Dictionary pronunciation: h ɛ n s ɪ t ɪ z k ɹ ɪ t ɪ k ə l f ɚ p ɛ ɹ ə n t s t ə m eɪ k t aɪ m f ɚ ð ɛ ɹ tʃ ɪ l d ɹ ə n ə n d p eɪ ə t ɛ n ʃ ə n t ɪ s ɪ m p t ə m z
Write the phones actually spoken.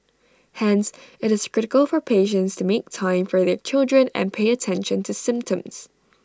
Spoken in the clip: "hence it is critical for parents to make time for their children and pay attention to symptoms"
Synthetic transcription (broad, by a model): h ɛ n s ɪ t ɪ z k ɹ ɪ t ɪ k ə l f ɚ p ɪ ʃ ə n t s t ə m eɪ k t aɪ m f ɚ ð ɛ ɹ tʃ ɪ l d ɹ ə n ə n p eɪ ə t ɛ n ʃ ə n t ɪ s ɪ m p t ə m z